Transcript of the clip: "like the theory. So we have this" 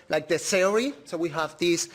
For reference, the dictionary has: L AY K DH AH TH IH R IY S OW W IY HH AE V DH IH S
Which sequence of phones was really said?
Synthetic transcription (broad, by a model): L AY K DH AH S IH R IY S OW W IY HH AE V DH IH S